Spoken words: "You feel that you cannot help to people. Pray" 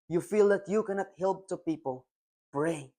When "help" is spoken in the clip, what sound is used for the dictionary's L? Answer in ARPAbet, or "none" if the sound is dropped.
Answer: L